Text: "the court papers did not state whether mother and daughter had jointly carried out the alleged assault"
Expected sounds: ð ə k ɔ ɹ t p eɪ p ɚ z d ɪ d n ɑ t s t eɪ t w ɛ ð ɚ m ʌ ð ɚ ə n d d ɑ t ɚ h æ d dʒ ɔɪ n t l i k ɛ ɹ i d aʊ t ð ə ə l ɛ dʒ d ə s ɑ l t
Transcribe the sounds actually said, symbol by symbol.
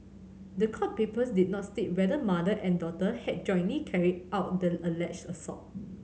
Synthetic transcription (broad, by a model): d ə k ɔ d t p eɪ p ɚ s d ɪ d n ɑ t s t eɪ t w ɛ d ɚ m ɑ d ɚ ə n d d ɑ t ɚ h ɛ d dʒ ɔɪ n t l i k ɛ ɹ i d aʊ t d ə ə l ɛ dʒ ə s ɑ t